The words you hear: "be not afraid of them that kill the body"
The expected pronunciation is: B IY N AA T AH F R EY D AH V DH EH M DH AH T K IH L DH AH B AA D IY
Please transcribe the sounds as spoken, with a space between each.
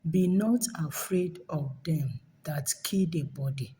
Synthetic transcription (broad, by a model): B IY N AA T AH F R EY D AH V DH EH M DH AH T K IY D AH B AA D IY